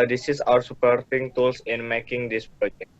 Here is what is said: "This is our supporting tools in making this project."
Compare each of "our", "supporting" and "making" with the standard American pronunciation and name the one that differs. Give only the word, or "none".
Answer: none